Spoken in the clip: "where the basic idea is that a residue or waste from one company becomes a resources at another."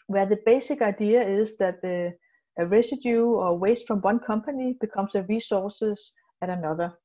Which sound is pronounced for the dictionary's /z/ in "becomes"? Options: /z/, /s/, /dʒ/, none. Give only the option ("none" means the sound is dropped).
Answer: /s/